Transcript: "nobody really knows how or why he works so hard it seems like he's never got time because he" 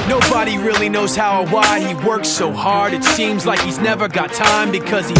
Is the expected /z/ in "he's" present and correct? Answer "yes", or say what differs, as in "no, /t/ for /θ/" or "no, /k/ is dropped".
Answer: yes